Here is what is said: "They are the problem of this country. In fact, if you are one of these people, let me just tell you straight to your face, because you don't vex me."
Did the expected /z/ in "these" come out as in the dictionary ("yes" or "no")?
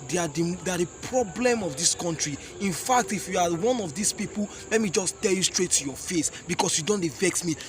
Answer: no